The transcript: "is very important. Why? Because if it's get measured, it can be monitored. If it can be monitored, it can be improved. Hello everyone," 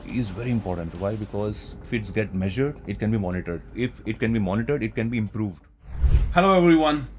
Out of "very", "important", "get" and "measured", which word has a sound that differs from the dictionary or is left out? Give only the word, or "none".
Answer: none